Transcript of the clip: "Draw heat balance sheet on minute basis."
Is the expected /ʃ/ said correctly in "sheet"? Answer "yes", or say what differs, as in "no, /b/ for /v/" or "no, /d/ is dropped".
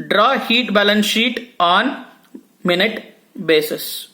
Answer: yes